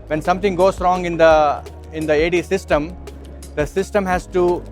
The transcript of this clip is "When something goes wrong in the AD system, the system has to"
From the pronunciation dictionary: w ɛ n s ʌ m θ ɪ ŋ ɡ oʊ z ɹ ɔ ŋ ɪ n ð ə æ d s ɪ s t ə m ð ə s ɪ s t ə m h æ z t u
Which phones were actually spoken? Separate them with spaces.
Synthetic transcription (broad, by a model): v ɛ n s ʌ m t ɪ ŋ ɡ oʊ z ɹ ɔ ŋ ɪ n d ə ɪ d s ɪ s t ə m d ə s ɪ s t ə m h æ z t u